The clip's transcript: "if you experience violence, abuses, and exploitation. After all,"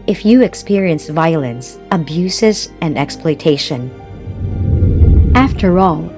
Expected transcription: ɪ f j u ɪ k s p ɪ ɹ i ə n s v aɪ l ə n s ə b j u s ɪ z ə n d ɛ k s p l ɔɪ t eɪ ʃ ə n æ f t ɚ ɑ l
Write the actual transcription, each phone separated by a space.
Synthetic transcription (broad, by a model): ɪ f j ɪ ɪ k s p ɪ ɹ i ə n s v aɪ l ə n s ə b j u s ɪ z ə n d ɛ k s p l ɔɪ t eɪ ʃ ə n æ f t ɚ ɑ l